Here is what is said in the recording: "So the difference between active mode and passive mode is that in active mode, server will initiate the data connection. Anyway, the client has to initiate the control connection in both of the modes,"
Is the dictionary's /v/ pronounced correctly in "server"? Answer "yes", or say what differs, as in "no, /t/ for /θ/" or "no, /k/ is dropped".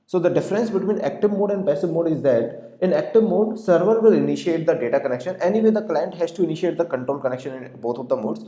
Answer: yes